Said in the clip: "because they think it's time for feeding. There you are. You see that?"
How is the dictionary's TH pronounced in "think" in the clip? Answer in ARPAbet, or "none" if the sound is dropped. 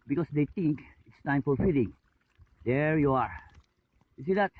T